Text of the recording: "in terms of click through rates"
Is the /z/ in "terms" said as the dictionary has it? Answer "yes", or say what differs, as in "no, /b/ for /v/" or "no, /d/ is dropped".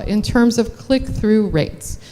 yes